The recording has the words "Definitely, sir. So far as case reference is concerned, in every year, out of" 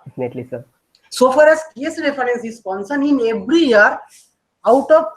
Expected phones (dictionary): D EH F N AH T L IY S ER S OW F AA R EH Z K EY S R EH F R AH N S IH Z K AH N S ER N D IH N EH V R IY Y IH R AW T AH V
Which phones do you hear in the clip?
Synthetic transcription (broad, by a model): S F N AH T L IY S ER S OW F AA R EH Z K EY S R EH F R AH N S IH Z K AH N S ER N IH N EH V R IY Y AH R AW T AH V